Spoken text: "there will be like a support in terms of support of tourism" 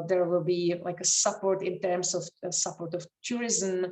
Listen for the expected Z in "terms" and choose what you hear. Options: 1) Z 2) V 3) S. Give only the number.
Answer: 3